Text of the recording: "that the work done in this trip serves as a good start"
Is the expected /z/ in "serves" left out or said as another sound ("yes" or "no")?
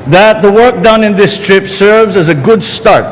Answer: no